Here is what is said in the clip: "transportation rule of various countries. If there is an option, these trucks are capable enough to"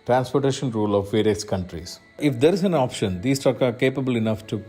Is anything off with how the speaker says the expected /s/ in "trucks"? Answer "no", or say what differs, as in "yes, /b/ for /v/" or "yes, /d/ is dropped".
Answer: yes, /s/ is dropped